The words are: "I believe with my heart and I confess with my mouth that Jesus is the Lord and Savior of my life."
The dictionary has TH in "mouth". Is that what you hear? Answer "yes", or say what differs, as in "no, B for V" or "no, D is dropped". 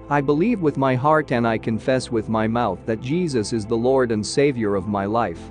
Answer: yes